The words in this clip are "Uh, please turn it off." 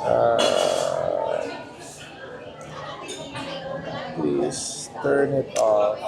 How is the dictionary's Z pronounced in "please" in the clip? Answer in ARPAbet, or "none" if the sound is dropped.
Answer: S